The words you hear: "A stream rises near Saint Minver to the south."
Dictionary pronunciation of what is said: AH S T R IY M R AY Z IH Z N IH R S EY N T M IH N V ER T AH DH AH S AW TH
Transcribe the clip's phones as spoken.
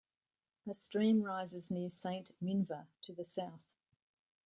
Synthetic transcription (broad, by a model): AH S T R IY M R AY Z IH Z N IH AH S EY N T M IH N V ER T AH DH AH S AW TH